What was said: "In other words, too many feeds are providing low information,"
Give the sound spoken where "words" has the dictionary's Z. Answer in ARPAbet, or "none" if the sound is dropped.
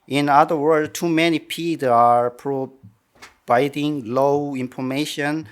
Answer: none